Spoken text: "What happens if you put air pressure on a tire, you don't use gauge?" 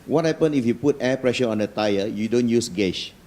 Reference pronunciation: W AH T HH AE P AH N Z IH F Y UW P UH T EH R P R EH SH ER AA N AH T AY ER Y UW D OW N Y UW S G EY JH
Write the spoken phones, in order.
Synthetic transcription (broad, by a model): W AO T HH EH P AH N IH F Y UW P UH T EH P R EH SH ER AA N AH T AY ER Y UW D OW N Y UW S G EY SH